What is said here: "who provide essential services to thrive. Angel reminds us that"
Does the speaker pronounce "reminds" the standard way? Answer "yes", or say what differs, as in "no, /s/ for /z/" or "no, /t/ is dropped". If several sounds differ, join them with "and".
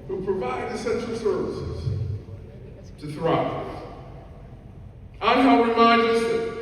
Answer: no, /z/ is dropped